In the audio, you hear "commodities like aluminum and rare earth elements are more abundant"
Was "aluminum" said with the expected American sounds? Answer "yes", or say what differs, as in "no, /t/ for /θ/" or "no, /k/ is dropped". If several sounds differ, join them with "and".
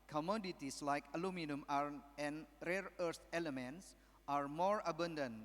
yes